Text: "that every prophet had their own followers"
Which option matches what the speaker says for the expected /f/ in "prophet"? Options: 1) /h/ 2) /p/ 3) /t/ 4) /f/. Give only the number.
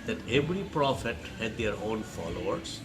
4